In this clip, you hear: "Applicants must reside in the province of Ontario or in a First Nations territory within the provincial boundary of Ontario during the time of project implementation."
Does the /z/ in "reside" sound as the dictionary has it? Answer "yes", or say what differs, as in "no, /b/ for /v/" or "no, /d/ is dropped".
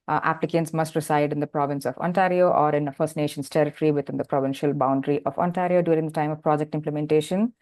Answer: no, /s/ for /z/